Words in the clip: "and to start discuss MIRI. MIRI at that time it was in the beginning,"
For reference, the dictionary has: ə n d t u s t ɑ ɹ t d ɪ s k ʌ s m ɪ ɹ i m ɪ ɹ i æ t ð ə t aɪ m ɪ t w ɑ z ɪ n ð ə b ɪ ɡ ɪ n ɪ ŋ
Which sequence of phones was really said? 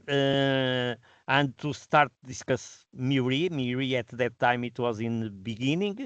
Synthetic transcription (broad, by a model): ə n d t u s t ɑ ɹ t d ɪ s k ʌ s m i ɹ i m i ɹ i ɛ t ð ə t aɪ m ɪ t w ɑ z ɪ n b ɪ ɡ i n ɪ ŋ